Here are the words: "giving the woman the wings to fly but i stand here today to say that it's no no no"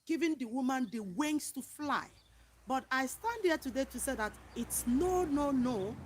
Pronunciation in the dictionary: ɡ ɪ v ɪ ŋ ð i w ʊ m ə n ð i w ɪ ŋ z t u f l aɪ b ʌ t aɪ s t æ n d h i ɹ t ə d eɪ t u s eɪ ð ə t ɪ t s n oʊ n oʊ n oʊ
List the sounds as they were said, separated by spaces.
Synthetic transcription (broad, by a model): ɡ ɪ v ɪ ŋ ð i w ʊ m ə n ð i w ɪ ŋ s t u f l aɪ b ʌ t aɪ s t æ n d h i t ə d eɪ t u s eɪ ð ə t ɪ t s n oʊ n oʊ n oʊ